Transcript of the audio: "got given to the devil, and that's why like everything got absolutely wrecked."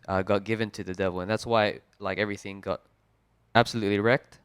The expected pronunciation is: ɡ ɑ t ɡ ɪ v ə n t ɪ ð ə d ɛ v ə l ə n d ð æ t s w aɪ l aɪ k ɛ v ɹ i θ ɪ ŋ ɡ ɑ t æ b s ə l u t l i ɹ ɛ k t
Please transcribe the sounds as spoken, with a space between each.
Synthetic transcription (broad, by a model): ɡ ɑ t ɡ ɪ v ə n t ɪ ð ə d ɛ v ə l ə n ð æ t s w aɪ l aɪ k ɛ v ɹ i θ ɪ ŋ ɡ ɑ t æ b s ə l u t l i ɹ ɛ k t